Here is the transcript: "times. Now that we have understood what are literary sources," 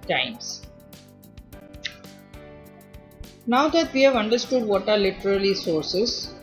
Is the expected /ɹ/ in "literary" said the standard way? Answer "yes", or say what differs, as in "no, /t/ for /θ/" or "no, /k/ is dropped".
no, /l/ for /ɹ/